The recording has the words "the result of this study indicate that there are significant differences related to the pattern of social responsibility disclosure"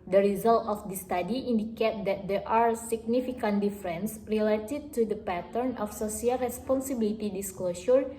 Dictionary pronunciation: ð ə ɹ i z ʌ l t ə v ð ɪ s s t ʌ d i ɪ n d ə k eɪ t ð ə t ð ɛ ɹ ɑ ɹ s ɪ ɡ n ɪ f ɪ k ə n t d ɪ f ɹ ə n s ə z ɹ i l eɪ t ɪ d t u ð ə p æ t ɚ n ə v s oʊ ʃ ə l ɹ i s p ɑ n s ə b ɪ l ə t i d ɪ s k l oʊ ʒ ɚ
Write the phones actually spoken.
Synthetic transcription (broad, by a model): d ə ɹ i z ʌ l t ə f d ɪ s s t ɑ d i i n d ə k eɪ t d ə t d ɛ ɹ ɑ ɹ s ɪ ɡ n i f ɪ k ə n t d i f ɹ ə n s ɹ i l eɪ t ɪ d t u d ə p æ t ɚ n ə f s oʊ s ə l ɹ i s p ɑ n s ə b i l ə t i d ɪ s k l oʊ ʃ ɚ